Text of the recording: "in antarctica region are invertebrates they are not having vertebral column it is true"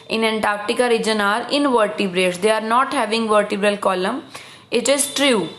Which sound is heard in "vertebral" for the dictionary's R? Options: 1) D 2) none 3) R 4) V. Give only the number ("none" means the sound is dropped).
3